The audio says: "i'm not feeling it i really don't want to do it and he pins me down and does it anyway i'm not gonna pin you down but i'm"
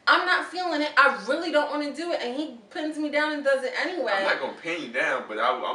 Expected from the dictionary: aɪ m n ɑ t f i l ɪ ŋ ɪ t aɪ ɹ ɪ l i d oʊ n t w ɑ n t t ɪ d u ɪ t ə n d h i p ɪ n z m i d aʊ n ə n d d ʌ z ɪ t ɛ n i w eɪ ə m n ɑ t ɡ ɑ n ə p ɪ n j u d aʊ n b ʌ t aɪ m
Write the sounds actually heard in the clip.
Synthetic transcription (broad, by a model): aɪ m n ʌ t f i l ɪ ŋ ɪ t aɪ ɹ ɪ l i d oʊ n t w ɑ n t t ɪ d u ɪ t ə n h i p ɪ n z m i d aʊ n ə n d d ʌ z ɪ t ɛ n i w eɪ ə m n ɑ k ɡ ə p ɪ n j d aʊ n b ʌ t aɪ